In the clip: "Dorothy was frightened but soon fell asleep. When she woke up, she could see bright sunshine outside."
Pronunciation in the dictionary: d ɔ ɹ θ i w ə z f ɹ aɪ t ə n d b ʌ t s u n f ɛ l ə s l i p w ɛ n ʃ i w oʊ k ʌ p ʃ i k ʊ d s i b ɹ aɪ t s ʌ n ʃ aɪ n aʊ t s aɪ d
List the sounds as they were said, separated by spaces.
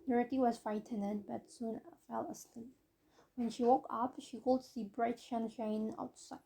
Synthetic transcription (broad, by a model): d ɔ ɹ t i w ə z f aɪ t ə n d b ʌ t s u n f ɛ l ə s l i p w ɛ n ʃ i w oʊ k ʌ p ʃ i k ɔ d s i b ɹ aɪ t ʃ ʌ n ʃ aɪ n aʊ t s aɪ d